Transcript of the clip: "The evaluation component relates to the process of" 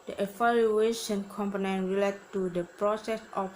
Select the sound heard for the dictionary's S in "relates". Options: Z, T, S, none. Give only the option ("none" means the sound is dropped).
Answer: none